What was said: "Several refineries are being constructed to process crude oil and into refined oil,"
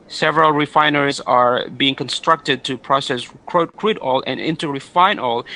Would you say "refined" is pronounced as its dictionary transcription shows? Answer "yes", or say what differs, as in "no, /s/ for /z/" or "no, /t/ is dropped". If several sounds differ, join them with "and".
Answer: no, /d/ is dropped